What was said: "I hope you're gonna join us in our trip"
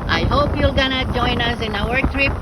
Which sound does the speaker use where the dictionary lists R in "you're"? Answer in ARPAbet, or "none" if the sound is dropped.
L